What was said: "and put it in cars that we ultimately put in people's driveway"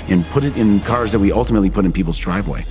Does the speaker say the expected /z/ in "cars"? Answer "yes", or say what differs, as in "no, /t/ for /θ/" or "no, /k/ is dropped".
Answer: yes